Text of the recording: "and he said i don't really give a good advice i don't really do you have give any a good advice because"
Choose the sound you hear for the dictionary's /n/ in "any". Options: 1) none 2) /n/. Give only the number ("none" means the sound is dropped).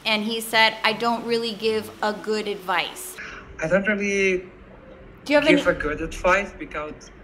1